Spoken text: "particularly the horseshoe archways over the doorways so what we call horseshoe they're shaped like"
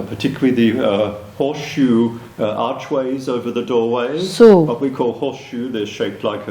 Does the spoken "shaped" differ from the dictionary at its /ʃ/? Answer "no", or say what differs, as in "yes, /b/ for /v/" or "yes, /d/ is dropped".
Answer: no